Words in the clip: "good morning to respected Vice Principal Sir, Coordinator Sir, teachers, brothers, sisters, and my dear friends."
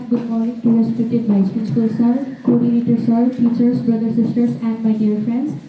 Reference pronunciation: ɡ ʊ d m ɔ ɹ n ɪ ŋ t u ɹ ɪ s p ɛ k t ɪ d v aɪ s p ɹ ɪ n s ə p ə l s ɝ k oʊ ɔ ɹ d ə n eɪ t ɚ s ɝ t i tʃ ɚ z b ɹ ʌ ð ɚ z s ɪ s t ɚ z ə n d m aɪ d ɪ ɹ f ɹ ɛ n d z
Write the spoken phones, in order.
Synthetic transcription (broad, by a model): ɡ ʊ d m ɔ ɹ n ɪ ŋ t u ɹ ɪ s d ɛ t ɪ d b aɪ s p ɪ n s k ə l s ɝ k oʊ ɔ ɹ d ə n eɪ t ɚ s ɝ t i tʃ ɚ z b ɹ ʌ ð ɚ s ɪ s t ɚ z ə n d m aɪ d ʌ ɹ f ɹ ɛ n d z